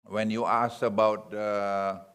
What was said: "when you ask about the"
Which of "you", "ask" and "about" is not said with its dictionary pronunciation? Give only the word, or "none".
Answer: ask